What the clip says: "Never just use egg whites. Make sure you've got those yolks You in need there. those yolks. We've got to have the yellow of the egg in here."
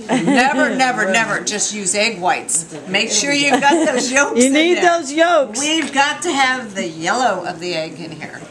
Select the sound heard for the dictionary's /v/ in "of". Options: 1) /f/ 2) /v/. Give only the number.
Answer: 2